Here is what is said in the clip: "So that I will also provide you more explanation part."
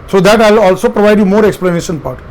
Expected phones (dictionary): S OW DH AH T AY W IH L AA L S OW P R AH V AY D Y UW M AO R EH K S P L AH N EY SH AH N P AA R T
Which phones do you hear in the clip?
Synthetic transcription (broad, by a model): S OW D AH T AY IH L AA L S OW P R AH V AY D Y UW M AO R EH K S P L AH N EY SH AH N P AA R T